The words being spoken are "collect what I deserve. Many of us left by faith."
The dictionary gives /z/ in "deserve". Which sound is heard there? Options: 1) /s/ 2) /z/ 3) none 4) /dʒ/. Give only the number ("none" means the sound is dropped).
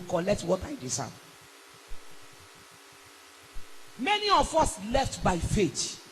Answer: 1